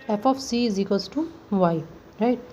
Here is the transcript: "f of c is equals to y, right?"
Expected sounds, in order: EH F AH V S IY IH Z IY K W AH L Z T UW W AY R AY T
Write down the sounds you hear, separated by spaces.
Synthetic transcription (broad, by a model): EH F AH P S IY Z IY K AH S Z T UW W AY R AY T